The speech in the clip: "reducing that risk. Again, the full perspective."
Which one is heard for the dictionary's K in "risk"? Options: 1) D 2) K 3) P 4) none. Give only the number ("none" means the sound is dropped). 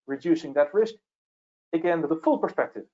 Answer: 2